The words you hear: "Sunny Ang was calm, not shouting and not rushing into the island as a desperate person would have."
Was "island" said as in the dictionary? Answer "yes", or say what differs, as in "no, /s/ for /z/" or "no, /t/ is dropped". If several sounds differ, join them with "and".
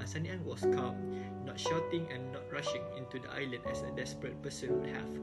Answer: no, /d/ is dropped